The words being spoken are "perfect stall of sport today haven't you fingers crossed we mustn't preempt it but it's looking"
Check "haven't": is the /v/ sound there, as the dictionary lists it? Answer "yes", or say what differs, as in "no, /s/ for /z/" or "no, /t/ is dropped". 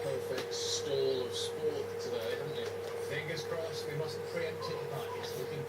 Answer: no, /v/ is dropped